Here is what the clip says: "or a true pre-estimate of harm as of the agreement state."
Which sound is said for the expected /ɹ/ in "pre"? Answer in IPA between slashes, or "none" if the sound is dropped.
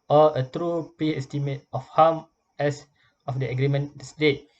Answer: none